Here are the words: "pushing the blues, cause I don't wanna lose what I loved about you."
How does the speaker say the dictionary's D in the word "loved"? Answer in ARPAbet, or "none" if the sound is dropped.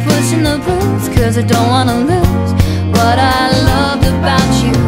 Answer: none